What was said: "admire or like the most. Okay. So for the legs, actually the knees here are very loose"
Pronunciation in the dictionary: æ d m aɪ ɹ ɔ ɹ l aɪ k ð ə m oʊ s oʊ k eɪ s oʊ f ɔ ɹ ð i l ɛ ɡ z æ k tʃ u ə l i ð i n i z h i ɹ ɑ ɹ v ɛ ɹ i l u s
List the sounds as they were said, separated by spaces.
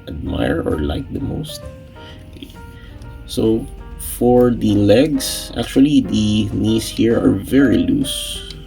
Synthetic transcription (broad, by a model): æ d m aɪ ɹ ɔ ɹ l aɪ k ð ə m oʊ s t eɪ s oʊ f ɔ ɹ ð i l ɛ ɡ s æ k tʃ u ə l i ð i n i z h i ɹ ɑ ɹ v ɛ ɹ i l u s